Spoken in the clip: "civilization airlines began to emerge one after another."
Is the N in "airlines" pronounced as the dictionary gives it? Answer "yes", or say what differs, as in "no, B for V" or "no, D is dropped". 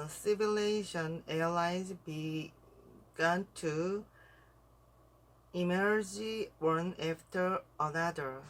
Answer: no, N is dropped